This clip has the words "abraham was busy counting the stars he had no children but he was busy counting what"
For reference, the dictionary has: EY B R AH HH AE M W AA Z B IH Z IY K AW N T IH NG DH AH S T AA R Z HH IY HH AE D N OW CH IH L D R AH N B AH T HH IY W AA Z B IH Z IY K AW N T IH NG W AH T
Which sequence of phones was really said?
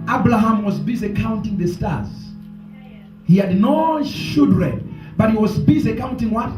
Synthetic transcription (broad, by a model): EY B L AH HH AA M W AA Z B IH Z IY K AW N T IH NG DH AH S T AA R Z HH IY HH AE D N OW SH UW D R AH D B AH T HH IY W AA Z B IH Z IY K AW N T IH NG W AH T